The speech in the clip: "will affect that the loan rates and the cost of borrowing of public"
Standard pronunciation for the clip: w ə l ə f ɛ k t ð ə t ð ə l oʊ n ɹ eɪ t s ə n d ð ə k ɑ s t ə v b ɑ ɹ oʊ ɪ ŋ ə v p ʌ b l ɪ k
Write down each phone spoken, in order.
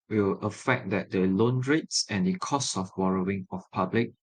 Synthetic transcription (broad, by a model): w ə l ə f ɛ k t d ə t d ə l oʊ n ɹ eɪ t s ə n d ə k ɑ s t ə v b ɑ ɹ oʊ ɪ ŋ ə f p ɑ b l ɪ k